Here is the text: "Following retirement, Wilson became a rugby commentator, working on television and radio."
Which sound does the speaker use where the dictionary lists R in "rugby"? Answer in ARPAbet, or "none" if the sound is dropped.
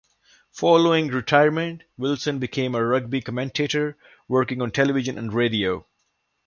R